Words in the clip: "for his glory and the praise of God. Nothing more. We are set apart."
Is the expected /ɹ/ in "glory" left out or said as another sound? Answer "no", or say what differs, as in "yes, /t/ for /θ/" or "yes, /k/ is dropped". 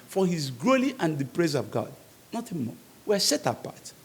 yes, /l/ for /ɹ/